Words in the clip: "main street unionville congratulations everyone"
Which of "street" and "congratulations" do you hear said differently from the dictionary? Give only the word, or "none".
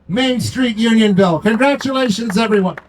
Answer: none